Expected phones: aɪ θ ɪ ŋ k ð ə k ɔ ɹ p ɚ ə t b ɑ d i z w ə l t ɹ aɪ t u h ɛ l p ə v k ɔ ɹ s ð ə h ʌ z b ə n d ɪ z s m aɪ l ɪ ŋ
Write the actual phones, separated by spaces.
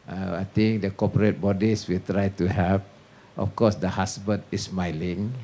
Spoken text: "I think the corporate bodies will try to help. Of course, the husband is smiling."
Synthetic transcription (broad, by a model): aɪ t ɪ ŋ k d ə k ɔ p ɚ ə t b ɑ d i s w ə l t ɹ aɪ t u h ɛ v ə f k ɔ s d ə h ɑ s b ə n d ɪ s m aɪ l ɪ ŋ